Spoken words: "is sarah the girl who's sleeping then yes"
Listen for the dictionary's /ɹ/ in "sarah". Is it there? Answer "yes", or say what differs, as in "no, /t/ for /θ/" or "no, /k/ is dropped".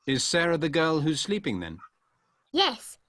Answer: yes